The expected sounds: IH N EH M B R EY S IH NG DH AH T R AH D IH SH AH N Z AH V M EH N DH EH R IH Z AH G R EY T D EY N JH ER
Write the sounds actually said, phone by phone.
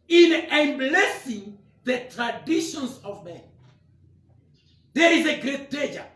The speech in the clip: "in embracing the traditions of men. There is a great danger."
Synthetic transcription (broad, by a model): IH N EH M B L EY S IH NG DH AH T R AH D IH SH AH N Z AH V M EH N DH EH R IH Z AH G R EY T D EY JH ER